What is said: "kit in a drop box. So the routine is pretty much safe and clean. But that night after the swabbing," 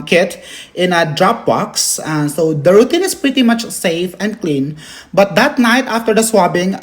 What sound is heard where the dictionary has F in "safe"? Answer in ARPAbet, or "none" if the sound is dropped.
F